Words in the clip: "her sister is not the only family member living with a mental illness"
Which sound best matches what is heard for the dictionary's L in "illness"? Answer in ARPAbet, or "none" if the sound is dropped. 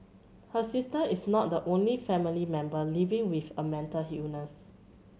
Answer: none